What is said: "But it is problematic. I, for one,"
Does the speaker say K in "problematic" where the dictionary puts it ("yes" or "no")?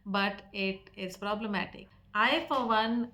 yes